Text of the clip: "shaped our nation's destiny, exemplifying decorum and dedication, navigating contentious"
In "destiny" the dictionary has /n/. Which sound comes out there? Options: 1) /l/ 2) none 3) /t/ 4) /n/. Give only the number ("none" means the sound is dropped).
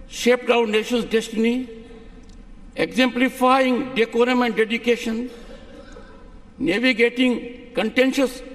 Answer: 4